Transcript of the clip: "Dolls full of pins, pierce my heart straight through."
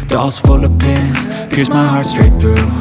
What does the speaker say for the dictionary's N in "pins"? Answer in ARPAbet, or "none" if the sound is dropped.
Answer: none